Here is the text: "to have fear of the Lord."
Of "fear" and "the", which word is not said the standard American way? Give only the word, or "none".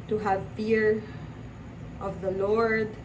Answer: fear